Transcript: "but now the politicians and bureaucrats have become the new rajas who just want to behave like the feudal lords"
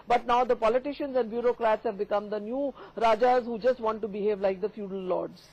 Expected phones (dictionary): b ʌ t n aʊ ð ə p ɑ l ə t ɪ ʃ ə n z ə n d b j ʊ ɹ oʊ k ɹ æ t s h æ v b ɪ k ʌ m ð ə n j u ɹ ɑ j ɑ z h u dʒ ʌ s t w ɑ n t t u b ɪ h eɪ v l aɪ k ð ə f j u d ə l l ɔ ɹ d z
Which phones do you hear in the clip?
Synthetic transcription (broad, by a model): b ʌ t n aʊ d ə p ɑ l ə t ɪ ʃ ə n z ə n d b j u ɹ oʊ k ɹ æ t s h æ v b ɪ k ʌ m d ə n j u ɹ ɑ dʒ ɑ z h u dʒ ʌ s t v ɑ n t t u b ɪ h eɪ v l aɪ k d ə f j u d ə l l ɔ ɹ d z